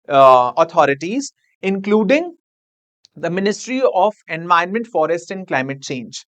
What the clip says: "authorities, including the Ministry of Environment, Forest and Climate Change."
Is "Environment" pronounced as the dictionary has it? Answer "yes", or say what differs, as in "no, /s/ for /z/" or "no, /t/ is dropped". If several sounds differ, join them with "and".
no, /ɹ/ is dropped